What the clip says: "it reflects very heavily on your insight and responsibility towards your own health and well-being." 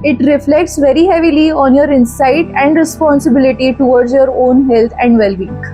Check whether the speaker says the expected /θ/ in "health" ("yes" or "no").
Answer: no